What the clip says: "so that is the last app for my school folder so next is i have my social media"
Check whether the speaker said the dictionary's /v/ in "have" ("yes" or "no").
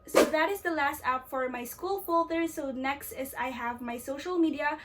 yes